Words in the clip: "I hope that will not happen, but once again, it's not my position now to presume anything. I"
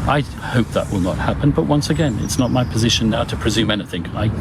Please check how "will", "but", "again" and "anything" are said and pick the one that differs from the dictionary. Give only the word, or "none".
none